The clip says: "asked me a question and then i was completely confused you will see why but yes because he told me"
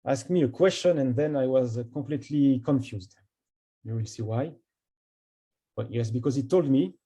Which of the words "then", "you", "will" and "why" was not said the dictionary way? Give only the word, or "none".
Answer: none